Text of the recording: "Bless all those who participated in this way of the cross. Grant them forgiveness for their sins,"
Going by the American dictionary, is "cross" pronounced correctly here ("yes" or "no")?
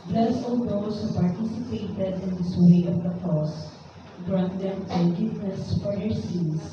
no